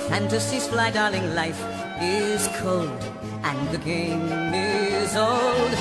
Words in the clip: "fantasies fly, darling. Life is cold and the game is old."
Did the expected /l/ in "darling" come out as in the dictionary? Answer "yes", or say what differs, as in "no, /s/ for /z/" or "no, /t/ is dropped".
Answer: yes